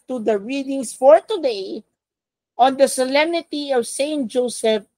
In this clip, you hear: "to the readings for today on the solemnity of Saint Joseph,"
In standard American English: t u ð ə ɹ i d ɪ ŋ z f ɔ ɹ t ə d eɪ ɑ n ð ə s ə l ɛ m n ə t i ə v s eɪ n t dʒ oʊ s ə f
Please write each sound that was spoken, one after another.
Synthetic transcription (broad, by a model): t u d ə ɹ i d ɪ ŋ s f ɔ ɹ t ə d eɪ ɑ n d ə s ə l ɛ m n ə t i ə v s eɪ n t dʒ oʊ s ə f